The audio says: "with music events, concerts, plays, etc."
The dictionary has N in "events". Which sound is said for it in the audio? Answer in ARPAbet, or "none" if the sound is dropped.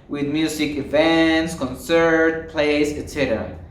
N